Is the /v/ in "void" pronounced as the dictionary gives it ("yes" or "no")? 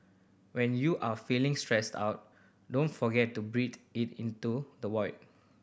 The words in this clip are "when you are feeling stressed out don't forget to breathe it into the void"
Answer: no